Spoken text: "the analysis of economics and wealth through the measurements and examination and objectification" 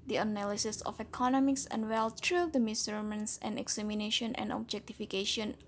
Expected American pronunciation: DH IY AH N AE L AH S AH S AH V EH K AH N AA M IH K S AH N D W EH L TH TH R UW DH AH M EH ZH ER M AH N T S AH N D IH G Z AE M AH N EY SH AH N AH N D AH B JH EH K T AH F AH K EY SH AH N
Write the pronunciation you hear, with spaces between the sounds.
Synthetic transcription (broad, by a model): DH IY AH N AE L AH S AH S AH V EH K AH N AA M IH K S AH N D W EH L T R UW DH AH M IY S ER M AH N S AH N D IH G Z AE M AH N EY SH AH N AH N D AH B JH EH K T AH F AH K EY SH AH N